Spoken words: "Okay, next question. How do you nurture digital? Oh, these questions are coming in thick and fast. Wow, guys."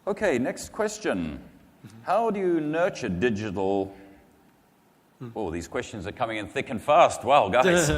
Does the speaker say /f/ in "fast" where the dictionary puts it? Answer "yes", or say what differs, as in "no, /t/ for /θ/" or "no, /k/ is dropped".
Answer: yes